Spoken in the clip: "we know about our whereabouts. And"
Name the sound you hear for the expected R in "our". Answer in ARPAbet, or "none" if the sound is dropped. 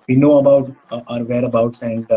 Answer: R